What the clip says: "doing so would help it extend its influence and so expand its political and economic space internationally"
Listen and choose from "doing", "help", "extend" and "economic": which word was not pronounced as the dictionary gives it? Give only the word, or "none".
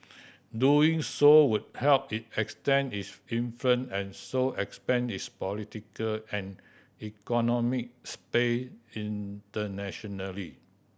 extend